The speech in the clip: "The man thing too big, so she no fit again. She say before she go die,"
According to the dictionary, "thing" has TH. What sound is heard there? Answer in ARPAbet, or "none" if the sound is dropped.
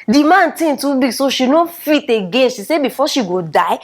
T